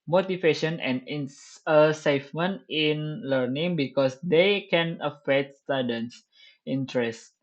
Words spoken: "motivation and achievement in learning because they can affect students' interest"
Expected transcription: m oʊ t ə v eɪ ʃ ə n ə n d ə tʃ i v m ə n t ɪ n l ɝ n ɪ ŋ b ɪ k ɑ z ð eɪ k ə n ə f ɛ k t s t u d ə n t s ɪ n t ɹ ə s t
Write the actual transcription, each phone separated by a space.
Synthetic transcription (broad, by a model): m oʊ t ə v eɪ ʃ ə n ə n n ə s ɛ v m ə n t ɪ n l ɝ n ɪ ŋ b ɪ k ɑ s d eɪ k ə n ə f ɛ k t s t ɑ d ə n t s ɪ n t ɹ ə s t